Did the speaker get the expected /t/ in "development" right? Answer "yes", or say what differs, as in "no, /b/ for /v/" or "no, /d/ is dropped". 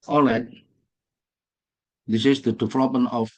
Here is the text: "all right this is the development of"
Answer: no, /t/ is dropped